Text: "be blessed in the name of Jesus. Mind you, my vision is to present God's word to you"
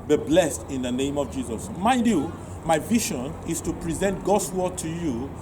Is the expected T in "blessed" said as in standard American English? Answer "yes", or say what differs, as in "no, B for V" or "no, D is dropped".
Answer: yes